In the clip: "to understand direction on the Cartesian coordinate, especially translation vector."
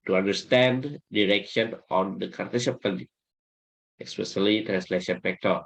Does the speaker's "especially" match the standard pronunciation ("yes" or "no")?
no